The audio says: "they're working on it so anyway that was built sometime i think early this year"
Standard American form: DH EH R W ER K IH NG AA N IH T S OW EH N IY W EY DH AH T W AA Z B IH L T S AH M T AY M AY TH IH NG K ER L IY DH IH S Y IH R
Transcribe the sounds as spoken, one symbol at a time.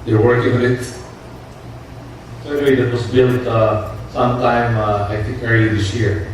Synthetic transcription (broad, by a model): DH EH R W ER K IH NG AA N IH T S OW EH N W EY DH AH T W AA S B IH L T S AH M T AY M AY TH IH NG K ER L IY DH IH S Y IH R